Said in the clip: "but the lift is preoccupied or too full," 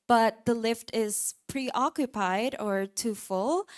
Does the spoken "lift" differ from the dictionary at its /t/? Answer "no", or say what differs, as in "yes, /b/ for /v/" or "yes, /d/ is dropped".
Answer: no